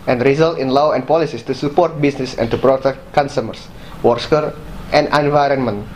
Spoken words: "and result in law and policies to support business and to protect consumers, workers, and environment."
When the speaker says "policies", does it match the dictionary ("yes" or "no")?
no